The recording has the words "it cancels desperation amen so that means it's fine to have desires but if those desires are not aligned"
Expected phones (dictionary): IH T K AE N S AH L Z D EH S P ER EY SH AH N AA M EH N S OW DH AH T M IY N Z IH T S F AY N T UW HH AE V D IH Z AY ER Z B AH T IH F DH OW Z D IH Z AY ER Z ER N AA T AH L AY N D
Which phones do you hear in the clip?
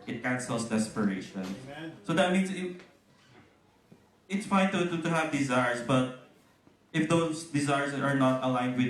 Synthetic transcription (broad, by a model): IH T K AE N S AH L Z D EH S P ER EY AH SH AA N S OW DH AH T M IY N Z IH T S F AY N T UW HH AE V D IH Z AY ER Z B AH T IH F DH OW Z D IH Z AY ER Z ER N AA T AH L AY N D